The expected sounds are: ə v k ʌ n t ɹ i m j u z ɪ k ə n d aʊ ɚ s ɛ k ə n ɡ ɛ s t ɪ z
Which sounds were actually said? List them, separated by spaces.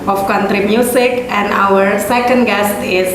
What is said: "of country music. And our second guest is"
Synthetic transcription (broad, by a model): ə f k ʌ n t ɹ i m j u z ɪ k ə n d aʊ ɚ s ɛ k ə n ɡ ɛ s t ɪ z